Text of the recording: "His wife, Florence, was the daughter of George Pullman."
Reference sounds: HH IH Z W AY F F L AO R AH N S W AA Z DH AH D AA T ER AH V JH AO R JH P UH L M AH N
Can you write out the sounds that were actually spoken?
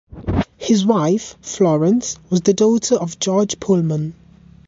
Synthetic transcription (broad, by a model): HH IH Z W AY F F L AO R AH N S W AA Z DH AH D AA T ER AH V JH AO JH P UH L M AH N